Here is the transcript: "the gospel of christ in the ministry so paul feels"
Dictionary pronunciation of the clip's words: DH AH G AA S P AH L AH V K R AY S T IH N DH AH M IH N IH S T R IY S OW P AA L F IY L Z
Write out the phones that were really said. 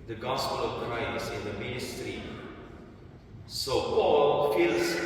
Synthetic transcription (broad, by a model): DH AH G AA S P AH L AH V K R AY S IH N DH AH M IH N IH S T R IY S OW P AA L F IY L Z